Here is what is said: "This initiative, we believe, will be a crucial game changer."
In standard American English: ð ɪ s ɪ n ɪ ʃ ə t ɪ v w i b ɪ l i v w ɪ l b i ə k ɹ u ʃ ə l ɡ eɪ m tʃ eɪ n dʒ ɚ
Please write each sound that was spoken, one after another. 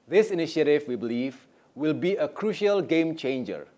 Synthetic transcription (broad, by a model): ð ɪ s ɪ n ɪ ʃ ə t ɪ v w i b ɪ l i v w ɪ l b i ə k ɹ u ʃ ə l ɡ eɪ m tʃ eɪ n dʒ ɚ